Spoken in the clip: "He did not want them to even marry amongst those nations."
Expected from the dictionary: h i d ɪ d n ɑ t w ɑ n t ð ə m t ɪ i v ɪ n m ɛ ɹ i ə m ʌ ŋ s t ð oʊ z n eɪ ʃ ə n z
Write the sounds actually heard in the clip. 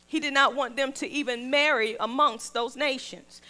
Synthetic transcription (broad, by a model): h i d ɪ d n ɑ t w ɑ n ð ə m t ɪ i v ɪ n m ɛ ɹ i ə m ʌ ŋ s t ð oʊ z n eɪ ʃ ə n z